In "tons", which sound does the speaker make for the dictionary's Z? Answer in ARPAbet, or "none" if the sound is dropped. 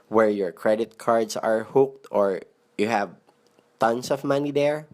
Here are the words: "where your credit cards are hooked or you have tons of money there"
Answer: S